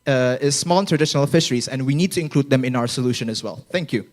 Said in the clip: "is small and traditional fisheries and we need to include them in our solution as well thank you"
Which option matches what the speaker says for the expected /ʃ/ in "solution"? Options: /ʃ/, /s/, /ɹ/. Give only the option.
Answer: /ʃ/